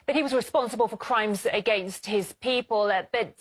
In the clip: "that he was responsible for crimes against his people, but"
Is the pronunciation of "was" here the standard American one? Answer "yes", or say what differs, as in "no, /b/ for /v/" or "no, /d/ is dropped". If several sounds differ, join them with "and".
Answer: yes